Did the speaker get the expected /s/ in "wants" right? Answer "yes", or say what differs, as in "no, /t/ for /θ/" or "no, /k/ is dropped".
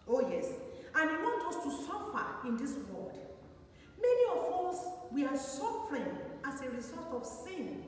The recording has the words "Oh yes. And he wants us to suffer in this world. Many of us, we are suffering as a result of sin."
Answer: no, /s/ is dropped